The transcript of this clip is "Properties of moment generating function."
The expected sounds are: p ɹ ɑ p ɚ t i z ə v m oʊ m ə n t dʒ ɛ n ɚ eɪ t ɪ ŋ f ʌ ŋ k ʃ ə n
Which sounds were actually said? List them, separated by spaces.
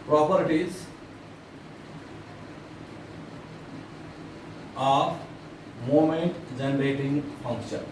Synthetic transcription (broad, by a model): p ɹ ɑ p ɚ t i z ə p m oʊ m ə n t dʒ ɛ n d eɪ t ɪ ŋ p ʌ ŋ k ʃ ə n